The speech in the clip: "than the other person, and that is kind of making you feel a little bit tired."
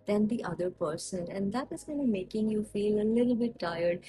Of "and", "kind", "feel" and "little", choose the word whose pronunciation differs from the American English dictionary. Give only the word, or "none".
kind